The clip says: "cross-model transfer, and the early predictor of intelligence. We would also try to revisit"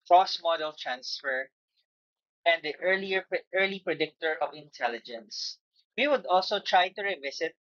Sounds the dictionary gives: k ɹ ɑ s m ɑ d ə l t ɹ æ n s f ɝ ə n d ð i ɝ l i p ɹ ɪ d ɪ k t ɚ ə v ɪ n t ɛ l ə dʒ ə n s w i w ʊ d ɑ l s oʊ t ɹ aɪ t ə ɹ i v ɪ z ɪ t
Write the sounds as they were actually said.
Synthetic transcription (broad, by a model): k ɹ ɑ s m ɑ d ə l t ɹ æ n s f ɝ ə n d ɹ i ɝ l i p ɹ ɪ d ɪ k t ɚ ə v ɪ n t ɛ l ə dʒ ə n s w i w ʊ d ɑ l s oʊ t ɹ aɪ t ə ɹ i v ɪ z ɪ t